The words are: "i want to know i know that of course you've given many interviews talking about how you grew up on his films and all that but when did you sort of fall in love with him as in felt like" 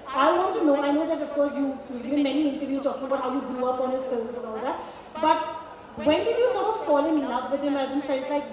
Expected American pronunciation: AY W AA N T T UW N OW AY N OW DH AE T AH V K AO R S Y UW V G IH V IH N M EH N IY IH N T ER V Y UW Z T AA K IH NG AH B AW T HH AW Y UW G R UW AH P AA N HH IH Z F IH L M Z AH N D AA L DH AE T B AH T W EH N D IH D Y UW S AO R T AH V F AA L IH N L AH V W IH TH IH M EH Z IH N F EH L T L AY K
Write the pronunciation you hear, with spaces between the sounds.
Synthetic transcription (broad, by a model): AY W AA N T T UW N OW AY N OW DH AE T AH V K AO R S Y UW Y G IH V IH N M EH N IY IH N T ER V Y UW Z T AA K IH NG AH B AW T HH AW Y UW G R UW AH P AA N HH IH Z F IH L Z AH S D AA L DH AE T B AH T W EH N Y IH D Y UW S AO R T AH F AA L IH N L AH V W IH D IH M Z IH N F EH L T L AY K